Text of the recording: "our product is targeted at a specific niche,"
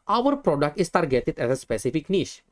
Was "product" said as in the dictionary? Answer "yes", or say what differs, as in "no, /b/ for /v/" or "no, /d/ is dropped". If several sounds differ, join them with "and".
yes